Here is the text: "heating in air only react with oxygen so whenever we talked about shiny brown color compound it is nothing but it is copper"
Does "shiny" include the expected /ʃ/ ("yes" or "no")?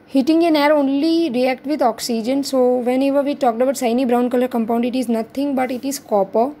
no